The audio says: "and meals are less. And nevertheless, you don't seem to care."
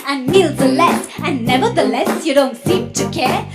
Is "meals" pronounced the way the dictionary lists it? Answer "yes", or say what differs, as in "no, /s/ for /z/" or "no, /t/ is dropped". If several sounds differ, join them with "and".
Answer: yes